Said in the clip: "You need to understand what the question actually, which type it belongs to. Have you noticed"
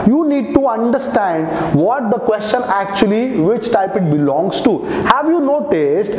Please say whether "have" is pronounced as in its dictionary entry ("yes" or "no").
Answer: yes